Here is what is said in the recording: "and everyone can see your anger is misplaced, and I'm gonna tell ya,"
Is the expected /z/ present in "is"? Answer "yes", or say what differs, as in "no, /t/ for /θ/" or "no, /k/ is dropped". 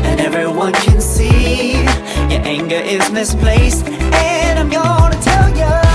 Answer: yes